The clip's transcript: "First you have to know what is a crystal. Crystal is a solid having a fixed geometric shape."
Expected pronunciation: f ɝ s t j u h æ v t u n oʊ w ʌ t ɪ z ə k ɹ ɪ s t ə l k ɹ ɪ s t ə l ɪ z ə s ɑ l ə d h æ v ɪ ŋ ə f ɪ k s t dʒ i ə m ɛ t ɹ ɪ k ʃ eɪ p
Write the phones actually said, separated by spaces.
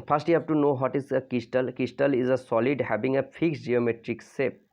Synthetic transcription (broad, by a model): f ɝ s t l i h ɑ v t u n oʊ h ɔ t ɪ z ə k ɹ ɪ s t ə l k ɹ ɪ s t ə l ɪ z ə s ɑ l ə d h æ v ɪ ŋ ə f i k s dʒ i ə m ɛ t ɹ ɪ k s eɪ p